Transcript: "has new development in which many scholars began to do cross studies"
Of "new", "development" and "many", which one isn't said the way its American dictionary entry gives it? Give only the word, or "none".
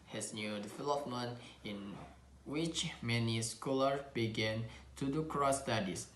development